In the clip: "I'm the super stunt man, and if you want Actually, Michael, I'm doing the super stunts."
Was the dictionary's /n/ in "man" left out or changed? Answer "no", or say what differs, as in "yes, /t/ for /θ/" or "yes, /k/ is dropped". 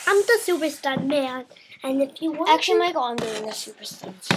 yes, /n/ is dropped